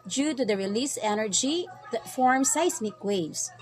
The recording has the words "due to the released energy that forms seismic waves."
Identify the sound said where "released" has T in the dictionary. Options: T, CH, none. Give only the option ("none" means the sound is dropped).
none